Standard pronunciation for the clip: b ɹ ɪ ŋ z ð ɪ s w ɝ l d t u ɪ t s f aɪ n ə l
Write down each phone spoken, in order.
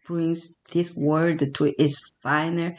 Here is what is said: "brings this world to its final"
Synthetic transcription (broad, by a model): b ɹ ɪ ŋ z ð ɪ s w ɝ d t u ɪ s f aɪ n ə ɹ